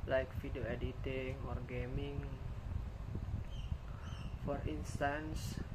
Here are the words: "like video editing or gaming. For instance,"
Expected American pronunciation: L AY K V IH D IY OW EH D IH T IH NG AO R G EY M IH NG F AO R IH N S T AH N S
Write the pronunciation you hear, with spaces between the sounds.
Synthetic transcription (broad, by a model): L AY K F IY D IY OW EH D IH T IH NG AO R G EY M IH NG F AO R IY N S T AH N S